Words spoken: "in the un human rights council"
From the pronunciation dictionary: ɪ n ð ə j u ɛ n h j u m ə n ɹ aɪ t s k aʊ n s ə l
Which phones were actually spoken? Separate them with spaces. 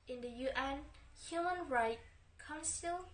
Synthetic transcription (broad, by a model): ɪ n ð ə j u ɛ n h j u m ə n ɹ aɪ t k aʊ n s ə l